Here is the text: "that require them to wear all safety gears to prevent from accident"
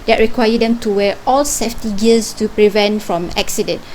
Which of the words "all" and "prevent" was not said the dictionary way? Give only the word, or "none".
none